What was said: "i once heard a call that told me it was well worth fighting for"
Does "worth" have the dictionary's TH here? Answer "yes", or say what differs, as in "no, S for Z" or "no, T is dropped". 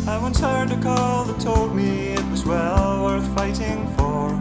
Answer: yes